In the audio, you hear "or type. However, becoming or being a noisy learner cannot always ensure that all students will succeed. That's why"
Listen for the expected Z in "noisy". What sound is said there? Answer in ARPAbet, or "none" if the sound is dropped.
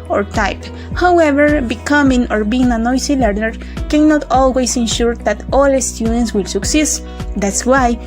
S